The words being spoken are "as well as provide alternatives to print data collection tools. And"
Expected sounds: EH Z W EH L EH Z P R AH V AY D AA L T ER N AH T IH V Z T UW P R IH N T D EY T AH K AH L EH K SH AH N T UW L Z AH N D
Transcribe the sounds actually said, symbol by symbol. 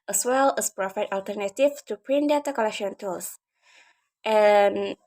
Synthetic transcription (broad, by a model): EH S W EH L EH S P R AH F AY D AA L T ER N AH T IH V T UW P R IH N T D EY T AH K AH L EH K SH AH N T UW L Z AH N